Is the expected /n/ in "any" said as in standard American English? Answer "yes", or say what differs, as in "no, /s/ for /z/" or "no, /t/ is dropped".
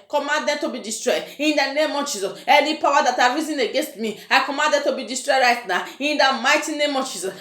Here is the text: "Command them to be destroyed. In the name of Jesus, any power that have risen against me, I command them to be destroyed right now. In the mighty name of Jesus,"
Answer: no, /l/ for /n/